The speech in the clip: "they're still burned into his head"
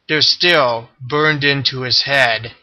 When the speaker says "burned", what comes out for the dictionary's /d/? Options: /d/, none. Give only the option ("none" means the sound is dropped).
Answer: /d/